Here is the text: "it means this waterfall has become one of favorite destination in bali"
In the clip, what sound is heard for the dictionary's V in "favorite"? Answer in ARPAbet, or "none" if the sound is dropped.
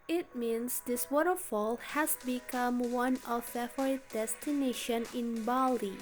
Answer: none